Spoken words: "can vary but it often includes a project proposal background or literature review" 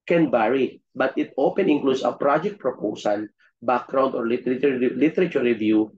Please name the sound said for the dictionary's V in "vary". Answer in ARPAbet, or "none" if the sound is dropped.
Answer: B